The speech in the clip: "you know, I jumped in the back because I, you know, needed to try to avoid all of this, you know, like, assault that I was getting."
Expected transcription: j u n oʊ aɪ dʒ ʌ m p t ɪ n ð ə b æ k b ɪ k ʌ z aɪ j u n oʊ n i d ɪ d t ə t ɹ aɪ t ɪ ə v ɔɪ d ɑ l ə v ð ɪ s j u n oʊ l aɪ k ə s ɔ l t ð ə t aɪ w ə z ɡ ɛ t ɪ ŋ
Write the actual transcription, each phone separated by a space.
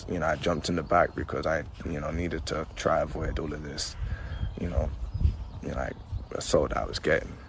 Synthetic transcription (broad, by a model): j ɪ n oʊ aɪ dʒ ʌ m p t ɪ n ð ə b æ k b ɪ k ʌ z aɪ j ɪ n oʊ n i d ɪ d t ə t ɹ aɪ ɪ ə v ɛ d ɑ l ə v ð ɪ s j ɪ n oʊ l aɪ k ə s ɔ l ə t aɪ w ə z ɡ ɛ t ɪ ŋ